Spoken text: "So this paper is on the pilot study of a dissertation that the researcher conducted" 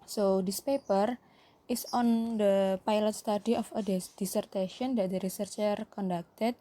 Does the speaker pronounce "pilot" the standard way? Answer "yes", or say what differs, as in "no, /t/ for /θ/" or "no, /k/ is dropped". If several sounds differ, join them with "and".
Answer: yes